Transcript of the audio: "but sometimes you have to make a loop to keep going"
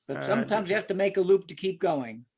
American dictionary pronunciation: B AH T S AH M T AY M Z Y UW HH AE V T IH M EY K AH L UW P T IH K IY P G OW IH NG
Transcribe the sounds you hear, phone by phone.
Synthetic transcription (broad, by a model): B AH T S AH M T AY M Z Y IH HH AE F T IH M EY K AH L UW P T IH K IY P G OW IH NG